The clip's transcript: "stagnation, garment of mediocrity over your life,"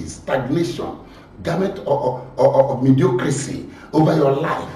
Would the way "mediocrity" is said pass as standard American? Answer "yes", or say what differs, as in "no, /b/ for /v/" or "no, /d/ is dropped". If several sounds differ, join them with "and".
no, /s/ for /t/